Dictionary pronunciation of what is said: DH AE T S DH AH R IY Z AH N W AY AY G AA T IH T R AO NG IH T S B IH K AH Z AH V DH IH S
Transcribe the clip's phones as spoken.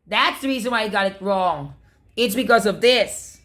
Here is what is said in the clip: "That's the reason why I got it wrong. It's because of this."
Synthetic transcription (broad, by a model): DH AE T S DH AH R IY Z AH N W AY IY G AA T IH T R AO NG IH T S B IH K AH Z AH V DH IH S